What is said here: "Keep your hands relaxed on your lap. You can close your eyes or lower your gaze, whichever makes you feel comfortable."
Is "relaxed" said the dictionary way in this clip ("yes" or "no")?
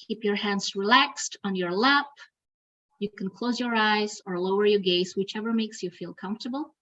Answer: yes